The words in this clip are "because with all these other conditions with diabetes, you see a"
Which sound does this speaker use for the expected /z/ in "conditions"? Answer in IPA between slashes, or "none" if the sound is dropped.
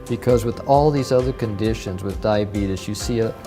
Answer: /z/